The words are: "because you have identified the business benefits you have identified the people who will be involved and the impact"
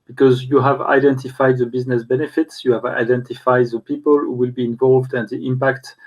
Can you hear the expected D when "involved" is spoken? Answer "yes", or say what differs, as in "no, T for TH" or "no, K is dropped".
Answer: yes